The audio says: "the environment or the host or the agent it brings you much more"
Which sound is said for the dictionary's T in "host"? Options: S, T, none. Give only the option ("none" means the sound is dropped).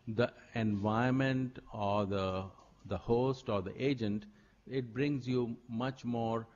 T